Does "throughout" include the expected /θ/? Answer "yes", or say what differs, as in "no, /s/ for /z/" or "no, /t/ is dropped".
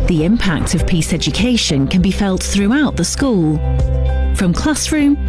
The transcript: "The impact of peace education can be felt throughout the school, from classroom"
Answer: yes